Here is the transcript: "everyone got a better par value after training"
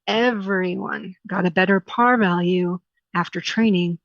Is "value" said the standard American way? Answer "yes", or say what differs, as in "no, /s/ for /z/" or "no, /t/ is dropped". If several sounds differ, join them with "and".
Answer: yes